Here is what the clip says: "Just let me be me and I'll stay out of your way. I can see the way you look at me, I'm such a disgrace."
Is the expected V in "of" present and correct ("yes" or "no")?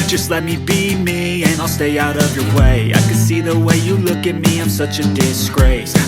yes